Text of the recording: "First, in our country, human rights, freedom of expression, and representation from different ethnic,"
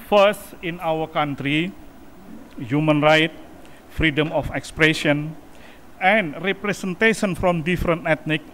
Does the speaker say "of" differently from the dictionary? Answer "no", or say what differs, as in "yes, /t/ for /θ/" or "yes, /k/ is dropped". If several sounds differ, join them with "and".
yes, /f/ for /v/